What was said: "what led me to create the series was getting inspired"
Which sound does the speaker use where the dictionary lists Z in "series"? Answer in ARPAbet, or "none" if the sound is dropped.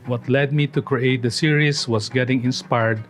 S